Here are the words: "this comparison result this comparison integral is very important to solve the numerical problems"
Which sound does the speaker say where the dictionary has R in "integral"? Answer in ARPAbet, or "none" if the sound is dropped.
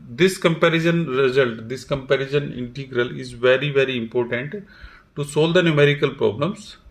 R